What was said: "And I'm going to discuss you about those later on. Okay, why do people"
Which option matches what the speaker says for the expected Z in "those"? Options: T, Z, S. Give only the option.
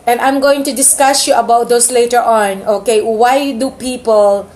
S